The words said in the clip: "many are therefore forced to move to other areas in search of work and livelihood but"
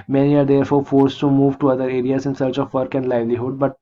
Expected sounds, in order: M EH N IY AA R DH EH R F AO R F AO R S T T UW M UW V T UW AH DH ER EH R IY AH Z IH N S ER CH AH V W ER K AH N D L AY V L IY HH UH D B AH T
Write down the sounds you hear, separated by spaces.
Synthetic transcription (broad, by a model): M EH N IY AA R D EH R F AO R F AO R S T T UW M UW V T UW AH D ER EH R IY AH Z IH N S ER CH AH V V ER K AH N D L AY V L IY HH UH D B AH T